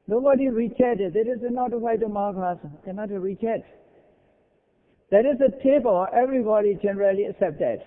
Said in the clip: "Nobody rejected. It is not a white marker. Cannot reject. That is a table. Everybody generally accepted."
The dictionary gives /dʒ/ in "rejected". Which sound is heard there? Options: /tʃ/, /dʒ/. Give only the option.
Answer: /tʃ/